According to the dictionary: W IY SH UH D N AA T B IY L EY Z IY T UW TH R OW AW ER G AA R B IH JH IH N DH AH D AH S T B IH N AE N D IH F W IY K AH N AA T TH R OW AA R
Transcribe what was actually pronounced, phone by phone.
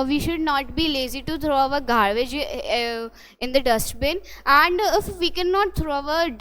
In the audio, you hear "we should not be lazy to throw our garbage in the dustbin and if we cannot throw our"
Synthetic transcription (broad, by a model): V IY SH UH D N AA T B IY L EY Z IY T UW T R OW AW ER G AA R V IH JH IH N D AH D AH S T B IH N AE N D IH F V IY K AH N AA T T R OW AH R